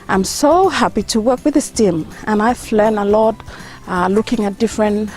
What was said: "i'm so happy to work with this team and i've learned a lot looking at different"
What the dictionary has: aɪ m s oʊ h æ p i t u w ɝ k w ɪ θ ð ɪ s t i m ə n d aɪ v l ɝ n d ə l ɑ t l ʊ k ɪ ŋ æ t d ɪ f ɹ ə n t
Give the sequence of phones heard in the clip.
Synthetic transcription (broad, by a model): aɪ m s oʊ h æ p i t u w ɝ k w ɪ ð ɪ s t i m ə n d aɪ f l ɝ n ə l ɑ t l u k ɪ ŋ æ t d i f ɹ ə n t